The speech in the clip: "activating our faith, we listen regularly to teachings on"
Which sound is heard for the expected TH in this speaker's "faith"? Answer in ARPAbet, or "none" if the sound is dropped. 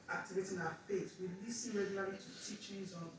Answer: T